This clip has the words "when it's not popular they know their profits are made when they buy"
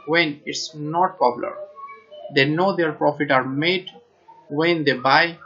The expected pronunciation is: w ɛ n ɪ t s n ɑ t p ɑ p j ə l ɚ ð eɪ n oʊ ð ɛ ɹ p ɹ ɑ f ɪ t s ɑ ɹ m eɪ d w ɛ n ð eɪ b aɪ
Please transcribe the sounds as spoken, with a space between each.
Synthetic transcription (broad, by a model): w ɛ n ɪ t s n ɑ t p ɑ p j l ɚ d eɪ n oʊ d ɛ ɹ p ɹ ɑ f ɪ t ɑ ɹ m eɪ d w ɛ n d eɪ b aɪ